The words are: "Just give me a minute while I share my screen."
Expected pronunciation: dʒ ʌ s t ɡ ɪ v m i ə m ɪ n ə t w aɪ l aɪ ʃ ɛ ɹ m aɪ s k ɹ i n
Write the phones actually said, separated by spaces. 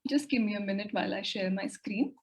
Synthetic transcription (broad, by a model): dʒ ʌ s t ɡ ɪ v m i ə m ɪ n ə t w aɪ l aɪ ʃ ɛ ɹ m aɪ s k ɹ i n